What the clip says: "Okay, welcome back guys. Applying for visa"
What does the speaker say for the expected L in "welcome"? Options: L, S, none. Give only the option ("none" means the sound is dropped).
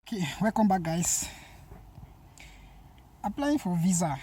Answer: none